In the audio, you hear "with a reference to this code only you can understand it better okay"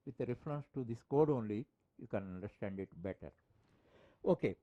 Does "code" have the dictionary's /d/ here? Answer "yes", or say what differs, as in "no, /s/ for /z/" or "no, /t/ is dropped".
yes